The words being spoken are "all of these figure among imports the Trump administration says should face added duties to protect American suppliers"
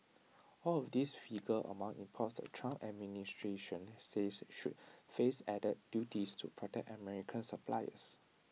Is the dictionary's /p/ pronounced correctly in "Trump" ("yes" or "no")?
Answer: no